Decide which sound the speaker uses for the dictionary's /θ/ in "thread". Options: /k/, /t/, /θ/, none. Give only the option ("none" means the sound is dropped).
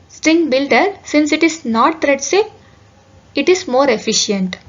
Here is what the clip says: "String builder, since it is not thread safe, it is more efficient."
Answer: /t/